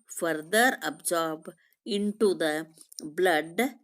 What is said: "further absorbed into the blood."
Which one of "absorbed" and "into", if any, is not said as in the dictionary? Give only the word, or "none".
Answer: absorbed